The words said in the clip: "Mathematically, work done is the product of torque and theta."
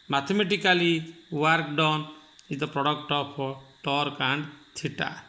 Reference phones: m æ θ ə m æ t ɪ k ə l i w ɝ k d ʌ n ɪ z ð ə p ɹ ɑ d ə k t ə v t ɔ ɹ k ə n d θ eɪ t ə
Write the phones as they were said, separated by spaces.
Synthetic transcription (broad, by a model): m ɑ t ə m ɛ t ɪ k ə l i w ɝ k d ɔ n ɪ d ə p ɹ ɑ d ə k t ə p t ɔ ɹ k ə n d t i t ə